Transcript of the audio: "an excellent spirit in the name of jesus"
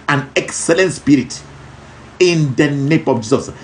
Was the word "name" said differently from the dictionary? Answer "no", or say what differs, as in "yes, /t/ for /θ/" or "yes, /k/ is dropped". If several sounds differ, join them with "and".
no